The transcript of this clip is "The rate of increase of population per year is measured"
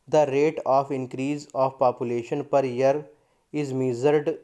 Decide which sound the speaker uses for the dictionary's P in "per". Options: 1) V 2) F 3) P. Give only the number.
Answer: 3